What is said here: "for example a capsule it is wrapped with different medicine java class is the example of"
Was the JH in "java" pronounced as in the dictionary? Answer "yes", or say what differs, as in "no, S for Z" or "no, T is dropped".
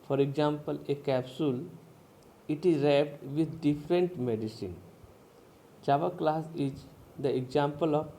no, CH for JH